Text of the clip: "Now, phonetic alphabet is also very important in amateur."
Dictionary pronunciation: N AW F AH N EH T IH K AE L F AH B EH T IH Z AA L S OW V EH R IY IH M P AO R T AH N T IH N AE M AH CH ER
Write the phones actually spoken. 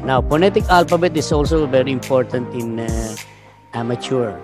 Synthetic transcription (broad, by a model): N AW P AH N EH T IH K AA L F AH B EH T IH S AA L S OW V EH R IY IH M P AO R T AH N T IH N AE M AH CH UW